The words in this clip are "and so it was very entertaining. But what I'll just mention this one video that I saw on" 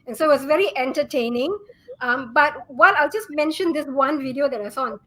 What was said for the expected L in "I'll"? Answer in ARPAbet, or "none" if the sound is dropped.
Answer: L